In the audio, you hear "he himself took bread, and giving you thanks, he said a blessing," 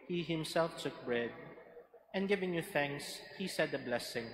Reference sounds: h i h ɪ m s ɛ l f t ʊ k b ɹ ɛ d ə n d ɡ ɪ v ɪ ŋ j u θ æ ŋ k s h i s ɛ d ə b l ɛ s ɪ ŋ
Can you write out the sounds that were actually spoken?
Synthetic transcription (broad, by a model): h i h ɪ m s ɛ l f t ʊ k b ɹ ɛ d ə n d ɡ ɪ v ɪ ŋ j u θ æ ŋ k s h i s ɛ d ə b l ɛ s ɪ ŋ